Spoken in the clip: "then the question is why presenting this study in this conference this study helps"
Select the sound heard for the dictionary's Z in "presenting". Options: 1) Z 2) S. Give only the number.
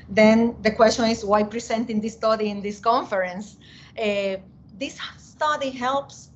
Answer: 2